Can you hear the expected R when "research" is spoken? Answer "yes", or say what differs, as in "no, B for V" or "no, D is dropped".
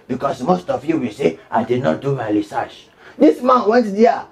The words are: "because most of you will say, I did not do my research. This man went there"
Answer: no, L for R